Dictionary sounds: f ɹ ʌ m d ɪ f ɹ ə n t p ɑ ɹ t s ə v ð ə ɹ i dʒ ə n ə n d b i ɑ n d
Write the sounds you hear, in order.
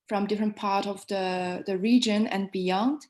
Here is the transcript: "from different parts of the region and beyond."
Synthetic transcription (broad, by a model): f ɹ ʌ m d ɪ f ɹ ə n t p ɑ ɹ t ə v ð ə ɹ i dʒ ə n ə n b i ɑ n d